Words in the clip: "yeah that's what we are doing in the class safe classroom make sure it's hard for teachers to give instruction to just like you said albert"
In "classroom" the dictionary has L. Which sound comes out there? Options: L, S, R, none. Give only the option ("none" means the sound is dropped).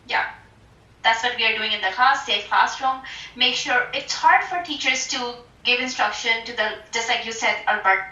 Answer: none